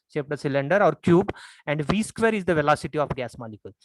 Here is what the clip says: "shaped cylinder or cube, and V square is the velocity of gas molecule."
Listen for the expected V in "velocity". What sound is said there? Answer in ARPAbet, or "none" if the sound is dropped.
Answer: V